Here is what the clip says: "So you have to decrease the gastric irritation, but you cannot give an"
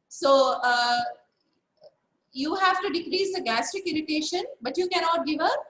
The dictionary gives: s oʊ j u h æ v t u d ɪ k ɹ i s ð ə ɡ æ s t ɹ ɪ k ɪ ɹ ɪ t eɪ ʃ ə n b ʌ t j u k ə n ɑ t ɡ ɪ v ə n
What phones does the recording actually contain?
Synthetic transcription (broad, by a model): s oʊ j u h æ v t u d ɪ k ɹ i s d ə ɡ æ s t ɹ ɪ k ɪ ɹ ɪ t eɪ ʃ ə n b ʌ t j u k ə n ɑ t ɡ ɪ v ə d